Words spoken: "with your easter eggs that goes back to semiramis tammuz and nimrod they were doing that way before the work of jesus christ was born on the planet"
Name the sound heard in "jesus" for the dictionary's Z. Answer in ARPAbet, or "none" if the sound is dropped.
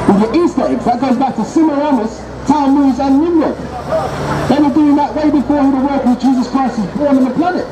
Z